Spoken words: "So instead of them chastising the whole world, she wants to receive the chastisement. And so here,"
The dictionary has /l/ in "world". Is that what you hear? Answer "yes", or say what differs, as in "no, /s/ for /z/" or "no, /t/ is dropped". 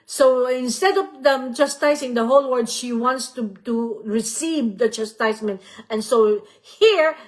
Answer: no, /l/ is dropped